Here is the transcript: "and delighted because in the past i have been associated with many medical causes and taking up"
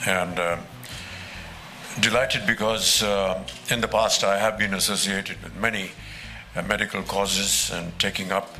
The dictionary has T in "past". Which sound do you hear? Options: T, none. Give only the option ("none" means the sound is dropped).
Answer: T